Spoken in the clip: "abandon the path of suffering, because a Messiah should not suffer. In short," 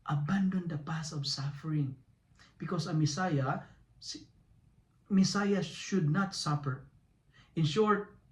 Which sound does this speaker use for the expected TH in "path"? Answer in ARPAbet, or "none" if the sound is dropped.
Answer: S